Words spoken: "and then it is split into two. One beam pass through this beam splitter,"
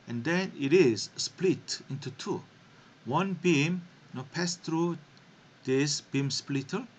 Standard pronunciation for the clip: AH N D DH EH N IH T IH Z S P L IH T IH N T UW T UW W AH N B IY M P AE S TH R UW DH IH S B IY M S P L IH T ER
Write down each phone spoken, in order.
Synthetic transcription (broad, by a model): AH N D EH N IH T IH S S P L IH T IH N T UW T UW W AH N B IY M P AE S T R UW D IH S B IY M S P L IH T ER